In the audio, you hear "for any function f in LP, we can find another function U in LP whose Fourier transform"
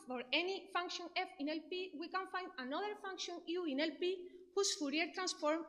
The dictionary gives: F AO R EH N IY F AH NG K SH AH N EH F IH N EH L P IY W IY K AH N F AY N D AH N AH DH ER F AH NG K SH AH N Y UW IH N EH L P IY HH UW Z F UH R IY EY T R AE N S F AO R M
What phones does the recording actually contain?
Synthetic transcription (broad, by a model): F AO R EH N IY F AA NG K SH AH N EH F IH N EH L P IY W IY K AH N F AY N D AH N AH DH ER F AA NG K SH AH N Y UW IH N EH L P IY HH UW S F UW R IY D T R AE N S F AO R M